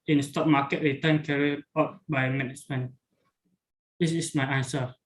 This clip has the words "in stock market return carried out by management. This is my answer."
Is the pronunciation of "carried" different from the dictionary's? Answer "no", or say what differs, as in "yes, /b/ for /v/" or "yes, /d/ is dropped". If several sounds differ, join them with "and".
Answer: yes, /d/ is dropped